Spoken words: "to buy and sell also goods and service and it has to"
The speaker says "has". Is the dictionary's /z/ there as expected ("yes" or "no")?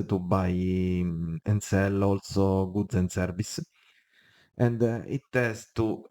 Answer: no